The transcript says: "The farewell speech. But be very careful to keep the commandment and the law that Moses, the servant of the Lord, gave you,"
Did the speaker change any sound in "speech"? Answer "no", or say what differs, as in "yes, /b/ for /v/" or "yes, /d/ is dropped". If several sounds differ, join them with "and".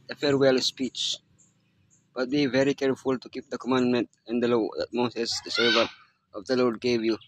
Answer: no